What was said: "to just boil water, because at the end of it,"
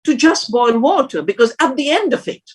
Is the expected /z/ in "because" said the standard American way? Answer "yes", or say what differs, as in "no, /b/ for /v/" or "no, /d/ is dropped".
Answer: yes